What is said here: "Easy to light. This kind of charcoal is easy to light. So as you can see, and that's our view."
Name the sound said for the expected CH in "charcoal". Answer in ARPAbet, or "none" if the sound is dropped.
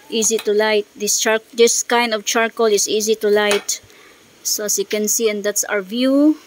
CH